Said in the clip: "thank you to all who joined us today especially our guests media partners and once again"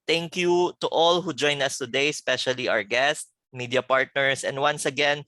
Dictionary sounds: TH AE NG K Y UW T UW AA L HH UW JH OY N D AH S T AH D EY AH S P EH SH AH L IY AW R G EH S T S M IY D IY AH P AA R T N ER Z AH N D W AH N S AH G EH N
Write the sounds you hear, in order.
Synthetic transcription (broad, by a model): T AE NG K Y UW T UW AA L HH UW JH OY N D AH S T AH D EY S P EH SH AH L IY AW R G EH S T M IY D IY AH P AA R T N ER S AH N D W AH N S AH G EH N